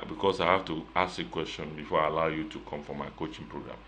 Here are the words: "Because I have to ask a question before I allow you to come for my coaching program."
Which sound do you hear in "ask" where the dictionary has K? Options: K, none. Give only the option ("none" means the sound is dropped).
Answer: none